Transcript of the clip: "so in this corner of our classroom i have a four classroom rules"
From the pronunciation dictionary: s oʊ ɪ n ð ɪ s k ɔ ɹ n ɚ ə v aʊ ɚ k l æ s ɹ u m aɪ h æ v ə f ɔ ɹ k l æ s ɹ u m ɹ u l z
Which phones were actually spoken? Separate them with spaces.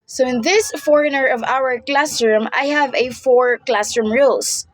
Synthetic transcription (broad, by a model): s oʊ ɪ n ð ɪ s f ɔ ɹ n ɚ ə v aʊ ɚ k l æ s ɹ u m aɪ h æ v ə f ɔ ɹ k l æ s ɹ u m ɹ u l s